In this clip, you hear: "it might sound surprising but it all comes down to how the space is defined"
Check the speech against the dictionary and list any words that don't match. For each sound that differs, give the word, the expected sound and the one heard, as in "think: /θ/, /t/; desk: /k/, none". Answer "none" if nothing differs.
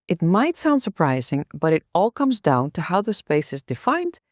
none